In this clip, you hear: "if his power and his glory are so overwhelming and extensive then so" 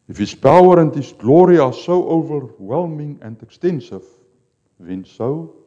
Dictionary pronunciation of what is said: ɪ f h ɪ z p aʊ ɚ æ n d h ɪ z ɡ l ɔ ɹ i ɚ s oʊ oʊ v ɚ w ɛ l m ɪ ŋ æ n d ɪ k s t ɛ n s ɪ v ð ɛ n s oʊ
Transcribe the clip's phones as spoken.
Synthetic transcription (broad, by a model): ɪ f h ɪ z p aʊ ɚ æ n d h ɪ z ɡ l ɔ ɹ i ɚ s oʊ oʊ v ɚ w ɛ l m ɪ ŋ æ n d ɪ k s t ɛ n s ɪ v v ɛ n s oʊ